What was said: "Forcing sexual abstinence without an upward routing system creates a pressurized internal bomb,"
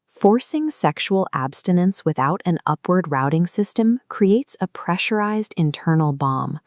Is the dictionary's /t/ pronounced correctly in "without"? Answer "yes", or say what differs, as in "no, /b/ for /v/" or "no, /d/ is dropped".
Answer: yes